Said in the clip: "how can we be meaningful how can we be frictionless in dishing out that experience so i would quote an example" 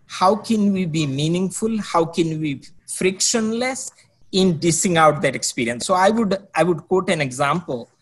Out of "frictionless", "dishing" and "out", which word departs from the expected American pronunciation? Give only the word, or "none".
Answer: dishing